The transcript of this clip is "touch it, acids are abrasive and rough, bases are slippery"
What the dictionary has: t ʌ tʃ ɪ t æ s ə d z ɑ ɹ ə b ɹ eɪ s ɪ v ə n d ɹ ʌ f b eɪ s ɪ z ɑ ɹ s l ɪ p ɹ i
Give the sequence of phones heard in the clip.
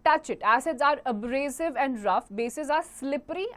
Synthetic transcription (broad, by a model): t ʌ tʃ ɪ t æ s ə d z ɑ ɹ ə b ɹ eɪ s ɪ v ə n d ɹ ʌ f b eɪ s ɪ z ɑ ɹ s l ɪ p ɹ i